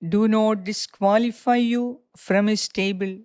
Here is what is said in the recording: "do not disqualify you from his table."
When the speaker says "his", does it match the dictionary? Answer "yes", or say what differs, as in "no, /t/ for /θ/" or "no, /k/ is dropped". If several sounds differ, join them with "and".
no, /s/ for /z/